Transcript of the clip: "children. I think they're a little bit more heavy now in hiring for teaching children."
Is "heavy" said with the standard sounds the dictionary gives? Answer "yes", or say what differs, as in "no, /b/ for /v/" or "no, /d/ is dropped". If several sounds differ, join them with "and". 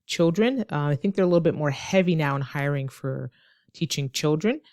yes